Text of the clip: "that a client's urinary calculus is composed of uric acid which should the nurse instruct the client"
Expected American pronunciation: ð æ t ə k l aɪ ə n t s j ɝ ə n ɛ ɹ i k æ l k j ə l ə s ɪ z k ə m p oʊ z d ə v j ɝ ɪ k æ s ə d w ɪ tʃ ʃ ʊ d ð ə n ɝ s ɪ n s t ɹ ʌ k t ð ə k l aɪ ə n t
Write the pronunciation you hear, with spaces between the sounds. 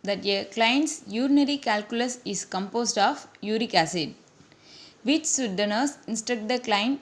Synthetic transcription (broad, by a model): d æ t ə k l aɪ ə n t s j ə n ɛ ɹ i k æ l k j ə l ə s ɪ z k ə m p oʊ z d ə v j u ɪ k æ s ə d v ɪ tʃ s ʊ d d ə n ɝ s ɪ n s t ɹ ʌ k t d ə k l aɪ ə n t